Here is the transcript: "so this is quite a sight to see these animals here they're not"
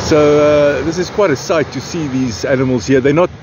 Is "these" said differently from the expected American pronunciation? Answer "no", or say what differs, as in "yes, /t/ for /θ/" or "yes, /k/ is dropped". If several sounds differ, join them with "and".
no